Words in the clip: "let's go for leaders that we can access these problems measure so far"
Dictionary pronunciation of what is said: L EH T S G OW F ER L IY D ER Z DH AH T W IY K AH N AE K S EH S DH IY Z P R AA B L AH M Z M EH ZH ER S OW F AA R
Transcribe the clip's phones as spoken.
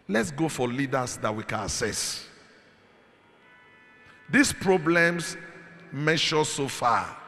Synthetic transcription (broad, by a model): L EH T S G OW F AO L IY D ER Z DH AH T W IY K AH N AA S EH S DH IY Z P R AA B L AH M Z M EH SH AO S OW F AA